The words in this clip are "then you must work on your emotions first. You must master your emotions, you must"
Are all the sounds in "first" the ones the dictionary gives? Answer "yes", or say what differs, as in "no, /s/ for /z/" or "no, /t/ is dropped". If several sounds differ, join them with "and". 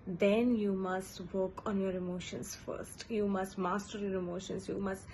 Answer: yes